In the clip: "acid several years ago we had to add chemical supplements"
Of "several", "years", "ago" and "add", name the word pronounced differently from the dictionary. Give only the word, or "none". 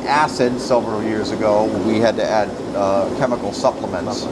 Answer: several